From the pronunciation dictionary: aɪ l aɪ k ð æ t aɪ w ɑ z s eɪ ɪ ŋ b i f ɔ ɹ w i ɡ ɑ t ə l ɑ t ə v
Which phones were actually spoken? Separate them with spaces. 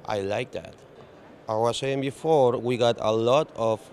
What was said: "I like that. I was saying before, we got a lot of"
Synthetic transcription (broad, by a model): aɪ l aɪ k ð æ t aɪ w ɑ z s eɪ ɪ ŋ b i f ɔ ɹ w i ɡ ɑ t ə l ɑ t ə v